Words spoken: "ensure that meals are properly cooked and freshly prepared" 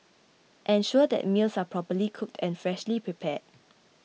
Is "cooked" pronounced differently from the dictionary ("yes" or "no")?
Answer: no